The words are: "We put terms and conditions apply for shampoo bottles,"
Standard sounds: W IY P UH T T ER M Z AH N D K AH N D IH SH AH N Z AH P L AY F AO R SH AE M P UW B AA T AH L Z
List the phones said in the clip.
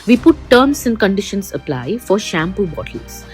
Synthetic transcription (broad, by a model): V IY P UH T T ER M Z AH N K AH N D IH SH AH N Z AH P L AY F AO R SH AE M P UW B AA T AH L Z